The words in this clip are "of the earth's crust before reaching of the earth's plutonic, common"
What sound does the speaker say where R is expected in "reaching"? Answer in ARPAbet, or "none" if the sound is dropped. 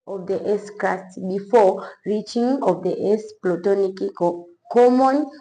R